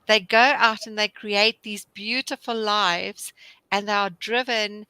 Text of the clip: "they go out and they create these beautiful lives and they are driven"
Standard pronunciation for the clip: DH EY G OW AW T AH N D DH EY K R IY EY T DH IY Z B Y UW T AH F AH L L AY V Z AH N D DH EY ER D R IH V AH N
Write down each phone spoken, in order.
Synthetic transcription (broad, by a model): DH EY G OW AW T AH N DH EY K R IY EY T DH IY Z B Y UW T AH F AH L L AY V Z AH N DH EY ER D R IH V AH N